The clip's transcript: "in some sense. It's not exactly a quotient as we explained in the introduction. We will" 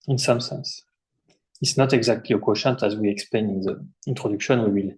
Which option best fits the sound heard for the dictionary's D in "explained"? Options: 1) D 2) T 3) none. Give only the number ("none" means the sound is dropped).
3